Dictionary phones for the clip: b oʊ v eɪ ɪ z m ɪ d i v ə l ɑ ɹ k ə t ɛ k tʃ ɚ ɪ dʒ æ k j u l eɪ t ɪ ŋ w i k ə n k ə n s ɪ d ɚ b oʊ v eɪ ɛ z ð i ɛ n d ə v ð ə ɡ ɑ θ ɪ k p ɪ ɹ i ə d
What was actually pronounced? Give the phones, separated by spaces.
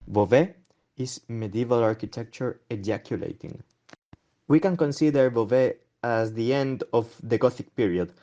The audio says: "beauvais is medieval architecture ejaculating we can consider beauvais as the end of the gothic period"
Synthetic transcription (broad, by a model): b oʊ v eɪ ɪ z m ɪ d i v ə l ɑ ɹ k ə t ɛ k tʃ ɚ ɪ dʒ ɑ k j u l eɪ t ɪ ŋ w i k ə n k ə n s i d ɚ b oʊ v eɪ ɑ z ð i ɛ n d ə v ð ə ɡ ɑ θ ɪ k p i ɹ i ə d